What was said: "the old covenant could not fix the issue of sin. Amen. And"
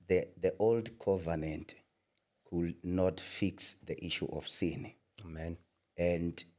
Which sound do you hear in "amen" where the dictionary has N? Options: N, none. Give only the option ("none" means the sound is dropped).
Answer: N